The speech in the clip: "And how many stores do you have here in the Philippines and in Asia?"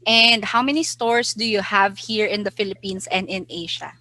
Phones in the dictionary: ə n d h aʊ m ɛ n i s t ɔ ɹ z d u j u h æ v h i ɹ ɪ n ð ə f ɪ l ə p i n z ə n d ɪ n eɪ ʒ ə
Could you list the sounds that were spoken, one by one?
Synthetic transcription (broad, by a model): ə n d h aʊ m ɛ n i s t ɔ ɹ s d u j u h æ v h i ɹ ɪ n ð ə f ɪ l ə p i n s ə n d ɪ n eɪ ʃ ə